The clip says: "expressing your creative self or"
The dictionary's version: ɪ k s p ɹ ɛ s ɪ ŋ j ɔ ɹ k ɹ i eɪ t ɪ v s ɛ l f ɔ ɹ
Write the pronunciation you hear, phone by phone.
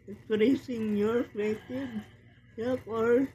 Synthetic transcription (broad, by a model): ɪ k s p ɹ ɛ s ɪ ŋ j ɔ ɹ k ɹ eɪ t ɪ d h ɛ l p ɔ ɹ